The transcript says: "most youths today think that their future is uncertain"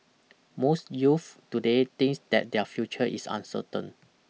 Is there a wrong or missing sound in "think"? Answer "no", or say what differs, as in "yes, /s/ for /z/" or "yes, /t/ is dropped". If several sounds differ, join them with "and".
yes, /t/ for /θ/